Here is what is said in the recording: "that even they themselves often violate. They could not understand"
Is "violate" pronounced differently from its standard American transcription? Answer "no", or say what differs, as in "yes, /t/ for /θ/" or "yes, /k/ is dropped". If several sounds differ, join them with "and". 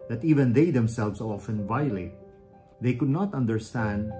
no